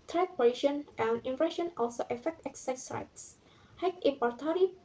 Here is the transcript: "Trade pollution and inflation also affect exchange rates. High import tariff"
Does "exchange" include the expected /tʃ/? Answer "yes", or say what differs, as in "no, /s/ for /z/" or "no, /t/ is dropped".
no, /tʃ/ is dropped